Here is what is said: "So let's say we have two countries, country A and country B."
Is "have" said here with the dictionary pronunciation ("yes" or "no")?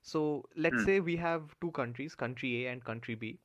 yes